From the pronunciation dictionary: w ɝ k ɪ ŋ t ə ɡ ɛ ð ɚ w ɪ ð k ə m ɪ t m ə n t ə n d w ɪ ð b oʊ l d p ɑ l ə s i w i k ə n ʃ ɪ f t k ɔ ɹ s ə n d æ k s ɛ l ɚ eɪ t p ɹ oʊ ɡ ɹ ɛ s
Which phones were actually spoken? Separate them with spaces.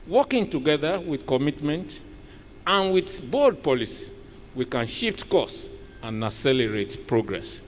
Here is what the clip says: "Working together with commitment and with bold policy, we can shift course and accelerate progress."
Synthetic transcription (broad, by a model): w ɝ k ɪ ŋ t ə ɡ ɛ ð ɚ w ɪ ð k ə m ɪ t m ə n t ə n w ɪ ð b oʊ d p ɑ l ə s i w i k ə n ʃ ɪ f t k ɔ s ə n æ s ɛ l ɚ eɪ t p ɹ oʊ ɡ ɹ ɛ s